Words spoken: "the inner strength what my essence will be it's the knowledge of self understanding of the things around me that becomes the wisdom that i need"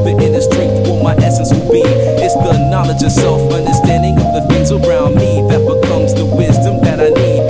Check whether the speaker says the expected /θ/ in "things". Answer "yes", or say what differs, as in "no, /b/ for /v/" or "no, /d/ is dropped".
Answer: no, /f/ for /θ/